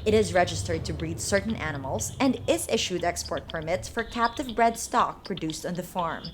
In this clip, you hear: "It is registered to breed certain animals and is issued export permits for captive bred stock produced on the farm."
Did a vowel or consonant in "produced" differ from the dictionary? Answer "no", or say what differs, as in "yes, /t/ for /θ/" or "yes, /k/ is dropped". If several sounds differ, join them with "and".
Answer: no